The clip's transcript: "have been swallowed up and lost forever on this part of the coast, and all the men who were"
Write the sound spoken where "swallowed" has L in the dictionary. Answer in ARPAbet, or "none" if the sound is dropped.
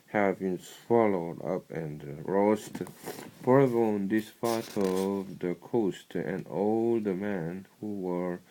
L